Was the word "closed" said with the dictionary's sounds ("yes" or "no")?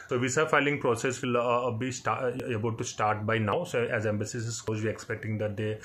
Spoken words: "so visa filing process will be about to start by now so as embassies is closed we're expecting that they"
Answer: no